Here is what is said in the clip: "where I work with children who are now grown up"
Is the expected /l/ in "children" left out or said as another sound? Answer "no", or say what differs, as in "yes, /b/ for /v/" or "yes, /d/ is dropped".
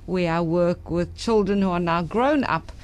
no